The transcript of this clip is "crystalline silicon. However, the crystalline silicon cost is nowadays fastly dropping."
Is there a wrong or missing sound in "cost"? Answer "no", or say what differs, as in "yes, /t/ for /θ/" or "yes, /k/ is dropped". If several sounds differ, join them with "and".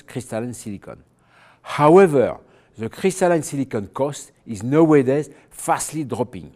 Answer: no